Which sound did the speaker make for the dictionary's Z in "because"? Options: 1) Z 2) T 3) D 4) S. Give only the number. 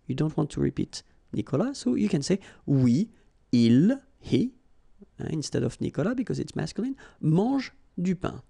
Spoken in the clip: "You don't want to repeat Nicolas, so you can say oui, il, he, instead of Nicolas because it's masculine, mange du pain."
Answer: 1